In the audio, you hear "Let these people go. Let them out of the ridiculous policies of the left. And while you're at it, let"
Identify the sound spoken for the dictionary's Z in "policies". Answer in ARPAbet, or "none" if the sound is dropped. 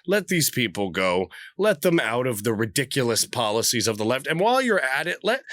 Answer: Z